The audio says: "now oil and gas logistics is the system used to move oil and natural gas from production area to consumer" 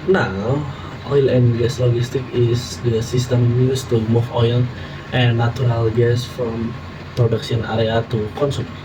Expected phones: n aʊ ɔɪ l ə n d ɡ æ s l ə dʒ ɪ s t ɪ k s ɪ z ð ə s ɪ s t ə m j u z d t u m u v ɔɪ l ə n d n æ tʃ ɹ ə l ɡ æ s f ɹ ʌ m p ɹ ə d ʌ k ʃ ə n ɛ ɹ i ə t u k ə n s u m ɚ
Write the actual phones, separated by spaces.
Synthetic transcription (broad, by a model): n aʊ ɔɪ l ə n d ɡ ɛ s l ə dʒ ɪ s t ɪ k ɪ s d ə s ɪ s t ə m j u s t u m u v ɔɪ l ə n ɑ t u ɹ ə l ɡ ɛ s f ɹ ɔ m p ɹ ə d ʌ k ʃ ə n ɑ ɹ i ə t u k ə n s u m